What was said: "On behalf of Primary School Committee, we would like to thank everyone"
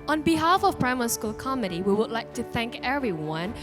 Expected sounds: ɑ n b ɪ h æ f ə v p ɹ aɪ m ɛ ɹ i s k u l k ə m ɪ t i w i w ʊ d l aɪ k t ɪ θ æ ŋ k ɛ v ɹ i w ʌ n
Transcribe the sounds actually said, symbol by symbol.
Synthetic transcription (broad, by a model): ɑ n b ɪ h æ f ə v p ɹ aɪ m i s k u l k ə m ɪ t i w i w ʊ d l aɪ k t ɪ θ æ ŋ k ɛ v ɹ i w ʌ n